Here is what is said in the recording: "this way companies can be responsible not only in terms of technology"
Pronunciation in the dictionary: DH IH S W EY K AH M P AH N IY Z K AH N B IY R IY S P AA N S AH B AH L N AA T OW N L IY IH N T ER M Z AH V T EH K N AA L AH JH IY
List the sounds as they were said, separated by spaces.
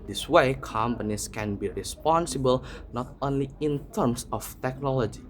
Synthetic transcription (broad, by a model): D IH S W EY K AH M P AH N IY S K AH N B IY R IY S P AA N S AH B AH L N AA T OW N L IY IH N T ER M S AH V T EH K N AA L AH JH IY